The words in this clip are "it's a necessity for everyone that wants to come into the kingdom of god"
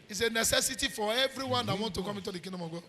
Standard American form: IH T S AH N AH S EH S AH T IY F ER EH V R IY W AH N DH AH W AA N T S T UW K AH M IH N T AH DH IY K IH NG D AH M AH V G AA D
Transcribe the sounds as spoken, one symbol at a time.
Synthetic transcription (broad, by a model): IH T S AH N AH S EH S AH T IY F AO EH V R IY W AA N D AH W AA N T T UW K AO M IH T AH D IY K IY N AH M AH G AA